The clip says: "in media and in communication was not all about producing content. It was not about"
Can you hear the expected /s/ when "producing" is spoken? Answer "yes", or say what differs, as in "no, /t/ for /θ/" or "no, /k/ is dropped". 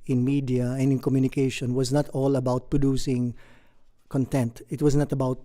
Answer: yes